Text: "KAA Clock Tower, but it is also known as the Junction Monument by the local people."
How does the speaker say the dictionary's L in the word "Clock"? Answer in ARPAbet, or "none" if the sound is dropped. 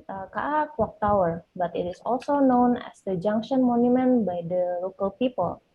W